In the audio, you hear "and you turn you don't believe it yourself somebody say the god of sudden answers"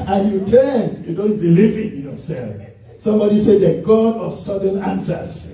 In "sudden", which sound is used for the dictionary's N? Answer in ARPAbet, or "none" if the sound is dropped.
N